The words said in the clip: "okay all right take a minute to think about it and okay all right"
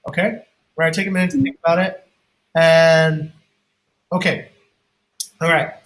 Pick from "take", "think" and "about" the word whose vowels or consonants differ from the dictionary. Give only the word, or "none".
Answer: none